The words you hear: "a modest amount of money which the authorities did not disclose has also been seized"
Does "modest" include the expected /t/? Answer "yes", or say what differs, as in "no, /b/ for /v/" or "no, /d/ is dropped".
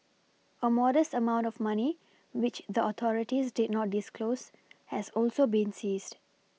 yes